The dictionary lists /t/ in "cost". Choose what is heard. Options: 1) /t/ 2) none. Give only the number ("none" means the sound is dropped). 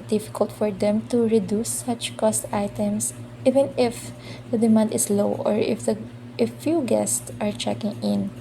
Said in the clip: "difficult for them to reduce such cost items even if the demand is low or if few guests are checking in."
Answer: 1